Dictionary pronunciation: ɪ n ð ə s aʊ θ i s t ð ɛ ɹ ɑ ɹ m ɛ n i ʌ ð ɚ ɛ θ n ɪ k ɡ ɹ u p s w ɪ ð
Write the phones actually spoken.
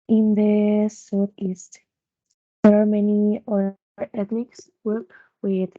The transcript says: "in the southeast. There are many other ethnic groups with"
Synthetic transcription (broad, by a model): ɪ n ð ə s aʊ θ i s t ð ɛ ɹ ɑ ɹ m ɛ n i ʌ ɚ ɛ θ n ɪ k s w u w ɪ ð